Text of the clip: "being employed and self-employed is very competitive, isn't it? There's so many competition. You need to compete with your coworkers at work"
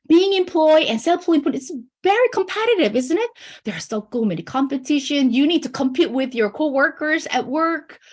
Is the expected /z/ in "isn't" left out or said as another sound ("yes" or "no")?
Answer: no